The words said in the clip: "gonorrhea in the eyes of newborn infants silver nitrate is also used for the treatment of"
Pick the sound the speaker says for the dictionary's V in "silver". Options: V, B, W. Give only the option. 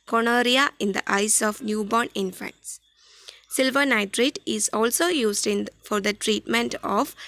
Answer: V